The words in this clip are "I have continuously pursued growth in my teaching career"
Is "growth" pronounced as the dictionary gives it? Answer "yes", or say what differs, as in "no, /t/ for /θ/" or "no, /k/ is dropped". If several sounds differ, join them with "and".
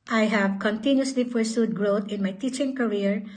no, /t/ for /θ/